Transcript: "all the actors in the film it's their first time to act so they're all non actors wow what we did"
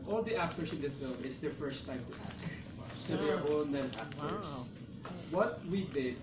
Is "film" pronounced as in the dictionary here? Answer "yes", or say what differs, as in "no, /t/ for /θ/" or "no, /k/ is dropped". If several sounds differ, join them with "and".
yes